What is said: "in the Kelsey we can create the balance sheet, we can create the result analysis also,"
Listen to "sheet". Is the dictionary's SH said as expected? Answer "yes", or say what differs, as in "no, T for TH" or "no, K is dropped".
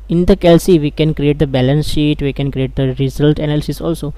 yes